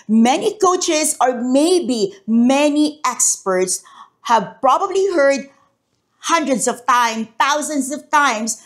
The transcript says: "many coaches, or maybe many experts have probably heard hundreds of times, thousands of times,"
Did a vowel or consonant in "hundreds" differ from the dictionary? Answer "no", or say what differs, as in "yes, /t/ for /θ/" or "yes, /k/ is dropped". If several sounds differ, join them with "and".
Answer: yes, /s/ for /z/